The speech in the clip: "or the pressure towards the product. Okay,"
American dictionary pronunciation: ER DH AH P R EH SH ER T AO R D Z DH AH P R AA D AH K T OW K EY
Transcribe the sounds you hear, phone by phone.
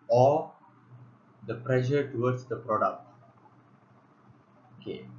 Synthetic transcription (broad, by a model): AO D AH P R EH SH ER T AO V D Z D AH P R AA D AH K T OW K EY